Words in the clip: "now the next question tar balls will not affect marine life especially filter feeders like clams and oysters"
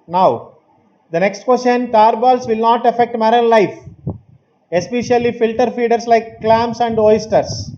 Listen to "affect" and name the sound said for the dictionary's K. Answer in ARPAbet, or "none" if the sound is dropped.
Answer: K